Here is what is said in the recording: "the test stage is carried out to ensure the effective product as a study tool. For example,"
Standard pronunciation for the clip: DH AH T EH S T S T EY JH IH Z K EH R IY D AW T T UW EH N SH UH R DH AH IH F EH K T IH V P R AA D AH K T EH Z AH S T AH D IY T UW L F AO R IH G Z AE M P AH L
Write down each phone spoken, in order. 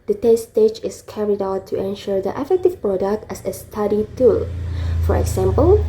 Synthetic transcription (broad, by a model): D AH T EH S S T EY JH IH S K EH R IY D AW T T UW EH N SH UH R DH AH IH F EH K T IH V P R AA D AH K T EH S AH S T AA D IY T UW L F AO R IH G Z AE M P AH L